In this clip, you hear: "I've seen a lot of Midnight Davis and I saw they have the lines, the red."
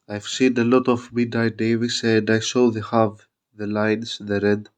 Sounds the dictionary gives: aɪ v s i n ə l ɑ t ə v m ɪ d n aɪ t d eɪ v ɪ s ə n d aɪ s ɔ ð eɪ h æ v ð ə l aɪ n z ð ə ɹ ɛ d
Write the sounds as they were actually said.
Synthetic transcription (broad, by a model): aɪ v s i n ə l ɑ t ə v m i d aɪ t d eɪ v ɪ s ə n d aɪ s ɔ ð eɪ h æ v ð ə l aɪ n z ð ə ɹ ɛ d